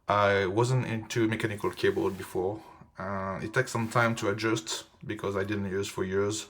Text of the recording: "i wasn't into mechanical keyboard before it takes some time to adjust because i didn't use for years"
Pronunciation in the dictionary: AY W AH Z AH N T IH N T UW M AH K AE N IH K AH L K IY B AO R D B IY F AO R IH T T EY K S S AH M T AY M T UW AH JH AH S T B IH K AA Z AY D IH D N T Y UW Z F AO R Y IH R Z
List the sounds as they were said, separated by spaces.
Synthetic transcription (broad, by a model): AY W AH Z AH N T IH N T UW M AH K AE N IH K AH L K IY B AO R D B IY F AO R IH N T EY K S S AH M T AY M T UW AH JH AH S T B IH K AA Z AY D IH D N T Y UW Z F AO R Y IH R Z